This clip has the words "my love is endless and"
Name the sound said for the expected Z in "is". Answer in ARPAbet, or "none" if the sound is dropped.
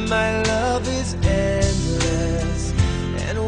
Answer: Z